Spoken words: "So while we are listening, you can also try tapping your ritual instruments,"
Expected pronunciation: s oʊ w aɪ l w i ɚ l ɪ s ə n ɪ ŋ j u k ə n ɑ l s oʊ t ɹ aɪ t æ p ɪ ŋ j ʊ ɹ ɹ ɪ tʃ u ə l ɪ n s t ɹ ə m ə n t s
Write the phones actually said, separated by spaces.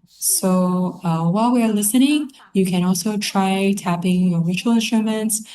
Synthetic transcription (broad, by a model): s oʊ w aɪ l w i ɚ l ɪ s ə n ɪ ŋ j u k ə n ɑ l s oʊ t ɹ aɪ t æ p ɪ ŋ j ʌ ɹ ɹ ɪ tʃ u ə l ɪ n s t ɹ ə m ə n t s